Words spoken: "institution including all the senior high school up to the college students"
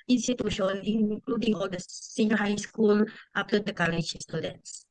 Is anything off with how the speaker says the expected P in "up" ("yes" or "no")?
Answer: yes